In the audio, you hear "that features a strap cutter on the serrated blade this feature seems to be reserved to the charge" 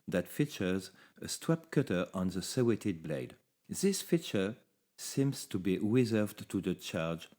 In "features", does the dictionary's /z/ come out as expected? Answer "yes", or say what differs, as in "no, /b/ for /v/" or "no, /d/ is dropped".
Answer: yes